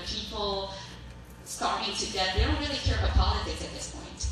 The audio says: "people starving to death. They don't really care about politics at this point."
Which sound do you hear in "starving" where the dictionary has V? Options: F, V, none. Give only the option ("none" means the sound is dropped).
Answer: none